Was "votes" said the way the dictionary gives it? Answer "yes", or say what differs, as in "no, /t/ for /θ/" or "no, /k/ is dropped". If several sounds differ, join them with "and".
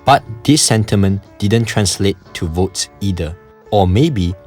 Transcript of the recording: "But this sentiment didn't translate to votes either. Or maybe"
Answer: yes